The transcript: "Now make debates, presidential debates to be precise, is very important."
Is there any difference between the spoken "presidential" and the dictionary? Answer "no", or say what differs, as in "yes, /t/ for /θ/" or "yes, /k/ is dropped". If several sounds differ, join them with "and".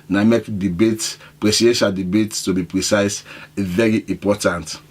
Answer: yes, /s/ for /z/